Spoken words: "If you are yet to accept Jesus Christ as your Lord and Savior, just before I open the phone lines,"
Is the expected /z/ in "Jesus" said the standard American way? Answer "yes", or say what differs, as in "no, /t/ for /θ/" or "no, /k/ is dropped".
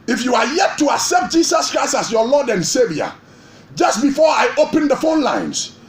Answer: no, /s/ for /z/